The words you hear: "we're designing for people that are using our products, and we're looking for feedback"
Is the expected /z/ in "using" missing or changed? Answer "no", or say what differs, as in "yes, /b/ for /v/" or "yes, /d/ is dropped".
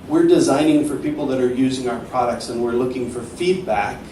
no